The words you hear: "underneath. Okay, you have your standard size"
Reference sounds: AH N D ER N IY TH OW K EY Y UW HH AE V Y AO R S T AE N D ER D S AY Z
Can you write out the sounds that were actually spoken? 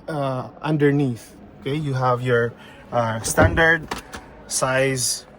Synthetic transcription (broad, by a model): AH N D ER N IY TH OW K EY Y UW HH AE V Y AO R S T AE N D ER D S AY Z